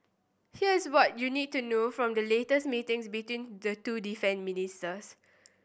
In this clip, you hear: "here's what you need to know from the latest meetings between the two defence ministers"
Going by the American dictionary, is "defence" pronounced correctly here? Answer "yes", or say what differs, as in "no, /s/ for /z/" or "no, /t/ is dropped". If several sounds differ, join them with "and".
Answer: no, /s/ is dropped